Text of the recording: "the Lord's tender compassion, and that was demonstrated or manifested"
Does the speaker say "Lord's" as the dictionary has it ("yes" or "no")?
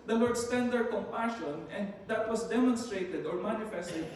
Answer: no